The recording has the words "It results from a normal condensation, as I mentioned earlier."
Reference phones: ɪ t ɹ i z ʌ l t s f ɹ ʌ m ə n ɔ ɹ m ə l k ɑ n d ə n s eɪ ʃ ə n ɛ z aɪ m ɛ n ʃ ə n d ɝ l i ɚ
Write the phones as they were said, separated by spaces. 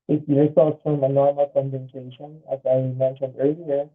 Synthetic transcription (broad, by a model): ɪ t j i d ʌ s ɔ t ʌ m ə n ɔ ɹ m ə l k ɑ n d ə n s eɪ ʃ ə n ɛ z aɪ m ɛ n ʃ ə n ɝ l i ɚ